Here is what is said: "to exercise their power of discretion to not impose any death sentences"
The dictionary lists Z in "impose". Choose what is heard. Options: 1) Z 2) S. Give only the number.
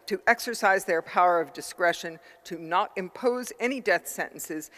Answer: 1